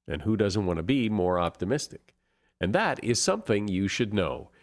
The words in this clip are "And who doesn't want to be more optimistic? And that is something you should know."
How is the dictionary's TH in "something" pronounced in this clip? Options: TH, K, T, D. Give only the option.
TH